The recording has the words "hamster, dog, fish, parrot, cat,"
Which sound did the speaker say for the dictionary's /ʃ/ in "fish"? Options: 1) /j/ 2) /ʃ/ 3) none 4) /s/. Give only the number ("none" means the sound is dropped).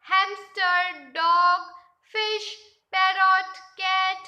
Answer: 2